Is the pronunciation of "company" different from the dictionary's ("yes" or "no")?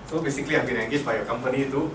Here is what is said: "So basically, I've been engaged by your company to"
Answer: no